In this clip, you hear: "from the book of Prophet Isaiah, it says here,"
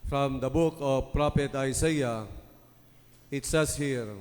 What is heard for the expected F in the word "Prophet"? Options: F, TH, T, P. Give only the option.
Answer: P